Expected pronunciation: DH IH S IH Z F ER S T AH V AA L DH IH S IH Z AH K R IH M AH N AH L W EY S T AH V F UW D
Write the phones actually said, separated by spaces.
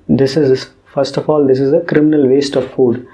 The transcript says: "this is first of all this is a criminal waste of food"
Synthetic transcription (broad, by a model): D IH S IH Z F ER S T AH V AA L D IH S IH Z AH K R IH M AH N AH L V EY S T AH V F UW D